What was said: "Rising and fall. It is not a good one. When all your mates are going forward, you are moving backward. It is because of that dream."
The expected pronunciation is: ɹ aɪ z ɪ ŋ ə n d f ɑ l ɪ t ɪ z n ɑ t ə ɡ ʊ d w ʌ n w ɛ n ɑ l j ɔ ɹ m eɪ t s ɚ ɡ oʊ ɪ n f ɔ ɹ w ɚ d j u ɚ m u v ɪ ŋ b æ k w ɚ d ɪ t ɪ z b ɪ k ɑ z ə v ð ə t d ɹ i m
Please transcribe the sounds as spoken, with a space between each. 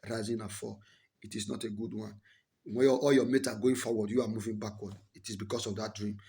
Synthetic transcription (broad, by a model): ɹ aɪ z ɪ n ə f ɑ ɪ t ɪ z n ɑ t ə ɡ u d w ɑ n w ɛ ɑ l j ɔ m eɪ t ɑ ɡ oʊ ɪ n f ɔ w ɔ d j u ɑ m u v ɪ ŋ b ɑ k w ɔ d ɪ t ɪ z b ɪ k ɑ s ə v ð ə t d ɹ i m